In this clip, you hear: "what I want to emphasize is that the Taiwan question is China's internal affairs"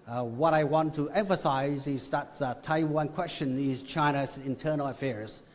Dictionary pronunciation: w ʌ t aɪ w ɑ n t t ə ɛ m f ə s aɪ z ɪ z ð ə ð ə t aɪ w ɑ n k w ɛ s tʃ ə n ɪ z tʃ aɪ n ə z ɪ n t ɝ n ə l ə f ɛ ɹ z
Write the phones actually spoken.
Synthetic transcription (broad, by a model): w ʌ t aɪ w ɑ n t t ə ɛ m f ə s aɪ z ɪ z ð ə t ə t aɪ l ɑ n k w ɛ s tʃ ə n ɪ z tʃ aɪ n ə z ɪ n t ɝ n l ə f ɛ ɹ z